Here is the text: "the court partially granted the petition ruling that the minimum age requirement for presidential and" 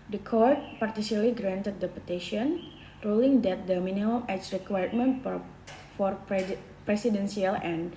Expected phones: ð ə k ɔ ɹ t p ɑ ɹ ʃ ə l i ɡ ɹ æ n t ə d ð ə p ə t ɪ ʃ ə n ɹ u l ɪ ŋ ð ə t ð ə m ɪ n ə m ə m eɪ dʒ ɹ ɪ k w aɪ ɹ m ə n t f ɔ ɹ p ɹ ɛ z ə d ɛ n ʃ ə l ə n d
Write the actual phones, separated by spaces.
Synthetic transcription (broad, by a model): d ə k ɔ ɹ t p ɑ ɹ s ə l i ɡ ɹ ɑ n t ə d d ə p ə t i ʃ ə n ɹ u l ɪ ŋ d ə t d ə m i n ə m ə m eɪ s ɹ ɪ k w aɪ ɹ m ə n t f ɔ ɹ p ɹ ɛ s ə d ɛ n s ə l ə n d